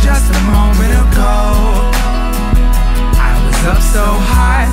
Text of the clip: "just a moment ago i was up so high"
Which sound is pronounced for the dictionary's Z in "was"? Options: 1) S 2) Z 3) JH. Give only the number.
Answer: 2